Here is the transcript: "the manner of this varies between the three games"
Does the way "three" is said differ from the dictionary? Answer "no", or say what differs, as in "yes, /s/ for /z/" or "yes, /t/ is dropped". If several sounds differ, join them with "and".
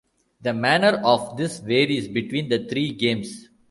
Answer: yes, /t/ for /θ/